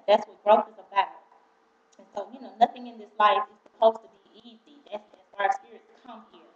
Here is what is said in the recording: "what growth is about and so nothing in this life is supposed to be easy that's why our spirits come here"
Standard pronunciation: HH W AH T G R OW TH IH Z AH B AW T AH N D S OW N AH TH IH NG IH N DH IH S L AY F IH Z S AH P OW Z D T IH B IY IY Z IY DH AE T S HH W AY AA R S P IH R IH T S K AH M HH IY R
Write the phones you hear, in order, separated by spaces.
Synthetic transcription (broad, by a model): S W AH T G R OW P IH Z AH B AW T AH N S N OW N AH TH IH NG IH N DH IH S L AY F IH Z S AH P OW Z T IH B IY IY Z IY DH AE T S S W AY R S P IH R IH T S K AH M HH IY R